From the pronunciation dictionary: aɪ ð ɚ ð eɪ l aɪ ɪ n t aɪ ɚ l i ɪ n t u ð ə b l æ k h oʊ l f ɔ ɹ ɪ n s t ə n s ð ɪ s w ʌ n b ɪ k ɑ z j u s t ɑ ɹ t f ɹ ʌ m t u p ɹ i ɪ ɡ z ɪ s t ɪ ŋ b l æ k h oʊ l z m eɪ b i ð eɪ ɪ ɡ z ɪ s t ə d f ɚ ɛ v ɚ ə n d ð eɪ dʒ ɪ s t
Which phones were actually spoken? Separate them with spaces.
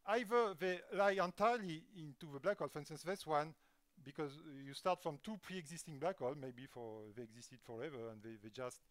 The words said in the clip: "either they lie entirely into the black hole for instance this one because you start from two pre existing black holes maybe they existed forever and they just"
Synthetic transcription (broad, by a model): aɪ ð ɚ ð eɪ l aɪ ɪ n t aɪ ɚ l i ɪ n t u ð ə b l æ k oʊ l f ɔ ɹ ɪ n s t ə n s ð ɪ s w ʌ n b ɪ k ɑ z j u s t ɑ ɹ t f ɹ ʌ m t u p ɹ i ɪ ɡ z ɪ s t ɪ ŋ b l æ k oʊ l m eɪ b i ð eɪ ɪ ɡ z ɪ s t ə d f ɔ ɛ v ɚ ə n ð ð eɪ dʒ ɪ s t